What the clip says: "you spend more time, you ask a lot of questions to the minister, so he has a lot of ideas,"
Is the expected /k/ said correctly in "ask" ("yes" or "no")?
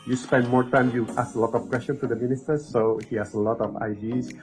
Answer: no